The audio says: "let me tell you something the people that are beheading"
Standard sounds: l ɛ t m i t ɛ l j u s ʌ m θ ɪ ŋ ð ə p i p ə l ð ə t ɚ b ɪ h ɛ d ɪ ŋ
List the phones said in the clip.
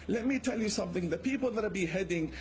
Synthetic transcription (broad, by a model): l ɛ t m i t ɛ l j u s ʌ m θ ɪ ŋ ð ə p i p ə l ð ə t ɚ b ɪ h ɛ d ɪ ŋ